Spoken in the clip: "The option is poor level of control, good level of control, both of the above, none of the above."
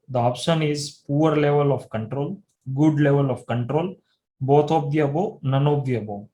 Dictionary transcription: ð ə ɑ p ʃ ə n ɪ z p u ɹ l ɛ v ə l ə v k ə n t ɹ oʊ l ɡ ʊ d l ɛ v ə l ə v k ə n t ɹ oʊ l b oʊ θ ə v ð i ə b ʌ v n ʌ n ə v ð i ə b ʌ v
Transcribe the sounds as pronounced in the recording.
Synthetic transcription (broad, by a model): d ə ɑ p ʃ ə n ɪ z p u ɹ l ɛ v ə l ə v k ə n t ɹ oʊ l ɡ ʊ d l ɛ v ə l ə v k ə n t ɹ oʊ l b oʊ t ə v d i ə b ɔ n ʌ n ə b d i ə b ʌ